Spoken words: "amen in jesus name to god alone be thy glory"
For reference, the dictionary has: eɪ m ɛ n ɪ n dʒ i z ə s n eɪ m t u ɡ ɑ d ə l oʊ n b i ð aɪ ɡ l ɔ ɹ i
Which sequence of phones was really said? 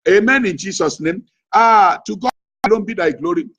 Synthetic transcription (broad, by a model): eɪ m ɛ n ɪ n dʒ i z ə s n eɪ m t u ɡ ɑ ə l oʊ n b i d aɪ ɡ l ɔ ɹ i